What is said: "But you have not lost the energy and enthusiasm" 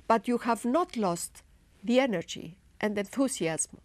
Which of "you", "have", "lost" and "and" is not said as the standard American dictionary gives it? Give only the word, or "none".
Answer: none